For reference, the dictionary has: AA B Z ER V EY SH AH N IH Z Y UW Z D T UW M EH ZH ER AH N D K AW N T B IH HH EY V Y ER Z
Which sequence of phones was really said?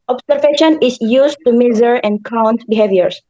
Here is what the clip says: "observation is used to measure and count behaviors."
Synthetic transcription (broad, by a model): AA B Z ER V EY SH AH N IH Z Y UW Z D T UW M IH Z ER AH N D K AW N T B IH HH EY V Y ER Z